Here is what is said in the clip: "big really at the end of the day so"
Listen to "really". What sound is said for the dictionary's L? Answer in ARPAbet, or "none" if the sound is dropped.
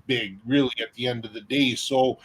L